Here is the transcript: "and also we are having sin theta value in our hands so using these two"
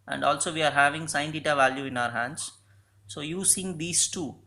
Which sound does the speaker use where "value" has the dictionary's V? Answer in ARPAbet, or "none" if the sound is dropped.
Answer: V